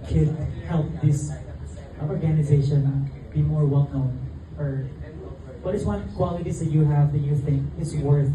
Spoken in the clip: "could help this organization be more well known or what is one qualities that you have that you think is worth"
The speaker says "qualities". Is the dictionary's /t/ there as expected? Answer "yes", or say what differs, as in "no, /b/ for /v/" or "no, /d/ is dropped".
yes